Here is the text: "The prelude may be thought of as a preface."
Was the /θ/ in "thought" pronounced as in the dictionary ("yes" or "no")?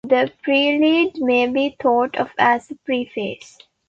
no